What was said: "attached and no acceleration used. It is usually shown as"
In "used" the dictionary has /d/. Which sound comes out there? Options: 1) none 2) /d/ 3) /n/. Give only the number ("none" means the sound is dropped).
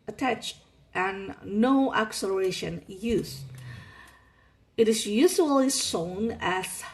1